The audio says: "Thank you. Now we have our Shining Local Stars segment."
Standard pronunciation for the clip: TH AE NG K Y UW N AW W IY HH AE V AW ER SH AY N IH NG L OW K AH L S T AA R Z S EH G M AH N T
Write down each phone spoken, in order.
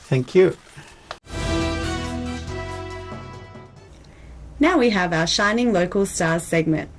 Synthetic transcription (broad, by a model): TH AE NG K Y UW N AW W IY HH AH V AW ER SH AY N IH NG L OW K AH L S T AA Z S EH G M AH N T